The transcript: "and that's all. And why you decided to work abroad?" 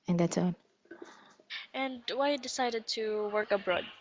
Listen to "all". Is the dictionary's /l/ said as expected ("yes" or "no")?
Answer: no